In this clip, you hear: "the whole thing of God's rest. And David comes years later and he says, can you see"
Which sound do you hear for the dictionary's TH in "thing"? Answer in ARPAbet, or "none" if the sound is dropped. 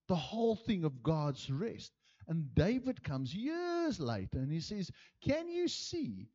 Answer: TH